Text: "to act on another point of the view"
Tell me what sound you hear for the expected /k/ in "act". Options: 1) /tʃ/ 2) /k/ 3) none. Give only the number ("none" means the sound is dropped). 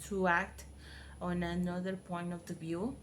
2